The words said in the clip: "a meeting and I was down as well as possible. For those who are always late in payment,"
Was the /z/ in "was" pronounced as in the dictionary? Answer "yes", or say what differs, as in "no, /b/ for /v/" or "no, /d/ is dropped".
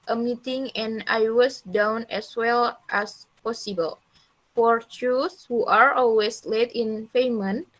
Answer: no, /s/ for /z/